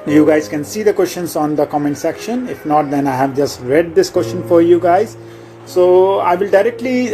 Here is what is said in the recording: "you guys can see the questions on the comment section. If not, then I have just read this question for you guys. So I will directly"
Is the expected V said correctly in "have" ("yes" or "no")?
yes